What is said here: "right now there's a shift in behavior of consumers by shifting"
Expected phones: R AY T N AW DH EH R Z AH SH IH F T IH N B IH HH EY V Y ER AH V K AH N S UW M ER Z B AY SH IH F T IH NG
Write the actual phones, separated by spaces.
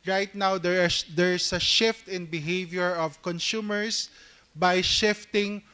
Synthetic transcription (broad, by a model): R AY T N AW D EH R S AH SH IH F T IH N B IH HH EY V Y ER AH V K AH N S UW M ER S B AY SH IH F T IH NG